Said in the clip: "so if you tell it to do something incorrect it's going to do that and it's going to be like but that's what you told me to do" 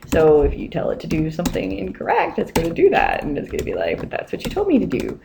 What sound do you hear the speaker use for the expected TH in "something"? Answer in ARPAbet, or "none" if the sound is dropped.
TH